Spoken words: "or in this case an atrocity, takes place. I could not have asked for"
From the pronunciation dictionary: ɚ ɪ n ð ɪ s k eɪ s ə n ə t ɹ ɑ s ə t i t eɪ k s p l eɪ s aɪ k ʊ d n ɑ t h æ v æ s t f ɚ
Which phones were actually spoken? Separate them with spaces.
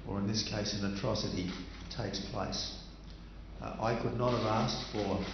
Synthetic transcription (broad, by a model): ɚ ɪ n ð ɪ s k eɪ s ə n ə t ɹ ɑ s ə t i t eɪ k s p l eɪ s aɪ k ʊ d n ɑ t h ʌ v æ s t f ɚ